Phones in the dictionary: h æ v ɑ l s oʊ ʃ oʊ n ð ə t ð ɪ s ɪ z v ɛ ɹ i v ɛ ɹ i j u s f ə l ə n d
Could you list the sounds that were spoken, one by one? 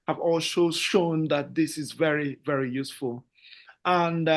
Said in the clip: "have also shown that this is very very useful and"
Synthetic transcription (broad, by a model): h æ v ɑ l ʃ oʊ ʃ oʊ n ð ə t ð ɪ s ɪ z v ɛ ɹ i v ɛ ɹ i j u s f ə l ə n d